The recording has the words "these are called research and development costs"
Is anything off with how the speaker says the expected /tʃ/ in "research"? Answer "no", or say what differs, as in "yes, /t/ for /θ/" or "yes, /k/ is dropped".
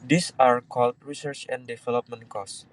no